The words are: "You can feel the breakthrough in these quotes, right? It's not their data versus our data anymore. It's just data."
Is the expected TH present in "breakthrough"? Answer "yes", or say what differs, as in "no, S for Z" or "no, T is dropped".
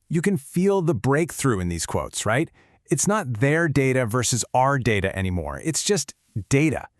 yes